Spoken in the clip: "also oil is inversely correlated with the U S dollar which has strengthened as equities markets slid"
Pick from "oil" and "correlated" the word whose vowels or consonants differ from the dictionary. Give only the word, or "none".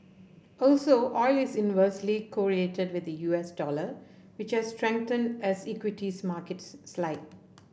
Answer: correlated